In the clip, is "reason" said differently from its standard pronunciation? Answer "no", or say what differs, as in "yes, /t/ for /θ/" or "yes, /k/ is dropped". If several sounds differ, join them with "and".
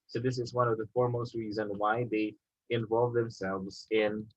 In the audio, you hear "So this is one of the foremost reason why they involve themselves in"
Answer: no